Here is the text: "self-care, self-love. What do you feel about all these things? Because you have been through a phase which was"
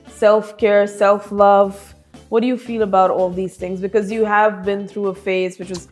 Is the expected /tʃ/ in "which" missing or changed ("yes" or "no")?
no